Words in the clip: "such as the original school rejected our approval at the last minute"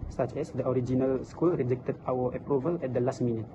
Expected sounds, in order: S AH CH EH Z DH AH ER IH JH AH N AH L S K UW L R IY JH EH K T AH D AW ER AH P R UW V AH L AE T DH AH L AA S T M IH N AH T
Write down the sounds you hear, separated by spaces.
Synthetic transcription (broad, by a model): S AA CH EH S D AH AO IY JH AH N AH L S K UW L R IY JH EH K T AH D AW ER AH P R UW V AH L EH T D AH L AA S T M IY N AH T